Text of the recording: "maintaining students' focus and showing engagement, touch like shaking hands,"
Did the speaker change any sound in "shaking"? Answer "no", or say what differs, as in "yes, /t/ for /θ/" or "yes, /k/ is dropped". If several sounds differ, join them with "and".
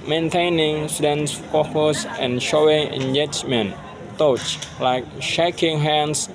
no